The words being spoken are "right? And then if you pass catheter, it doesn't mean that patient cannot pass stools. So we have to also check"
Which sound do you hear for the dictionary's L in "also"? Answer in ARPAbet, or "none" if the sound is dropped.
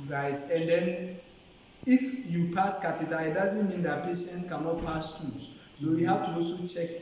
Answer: none